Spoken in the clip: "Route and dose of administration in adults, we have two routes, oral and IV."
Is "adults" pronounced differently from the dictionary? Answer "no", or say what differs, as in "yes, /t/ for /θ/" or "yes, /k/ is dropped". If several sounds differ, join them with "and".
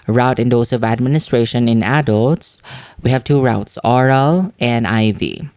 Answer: no